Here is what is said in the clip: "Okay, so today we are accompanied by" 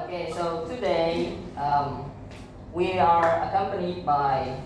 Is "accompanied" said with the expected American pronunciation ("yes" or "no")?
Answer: yes